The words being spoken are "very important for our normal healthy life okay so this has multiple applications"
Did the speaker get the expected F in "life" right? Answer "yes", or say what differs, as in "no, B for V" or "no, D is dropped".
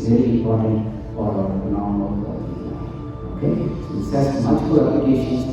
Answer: no, F is dropped